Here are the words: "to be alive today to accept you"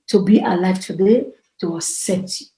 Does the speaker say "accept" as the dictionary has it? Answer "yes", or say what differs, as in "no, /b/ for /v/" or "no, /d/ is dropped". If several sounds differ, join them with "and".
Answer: no, /p/ is dropped